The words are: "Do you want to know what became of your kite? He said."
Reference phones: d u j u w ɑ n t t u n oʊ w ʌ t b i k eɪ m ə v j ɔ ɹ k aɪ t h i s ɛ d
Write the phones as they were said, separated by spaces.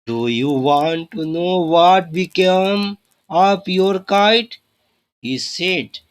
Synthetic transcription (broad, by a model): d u j u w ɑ n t t u n oʊ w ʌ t b i k eɪ m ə p j ɔ ɹ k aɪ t h i s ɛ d